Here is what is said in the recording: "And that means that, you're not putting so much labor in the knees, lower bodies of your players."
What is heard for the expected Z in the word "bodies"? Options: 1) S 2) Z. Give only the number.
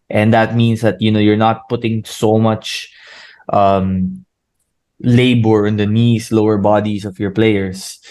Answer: 1